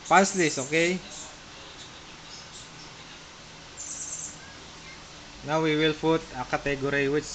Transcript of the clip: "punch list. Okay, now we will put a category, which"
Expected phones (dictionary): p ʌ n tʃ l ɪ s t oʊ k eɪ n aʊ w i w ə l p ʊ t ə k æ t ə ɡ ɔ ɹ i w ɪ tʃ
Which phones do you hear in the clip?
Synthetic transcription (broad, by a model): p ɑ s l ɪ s oʊ k eɪ n aʊ w i w ə l f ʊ t ə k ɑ t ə ɡ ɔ ɹ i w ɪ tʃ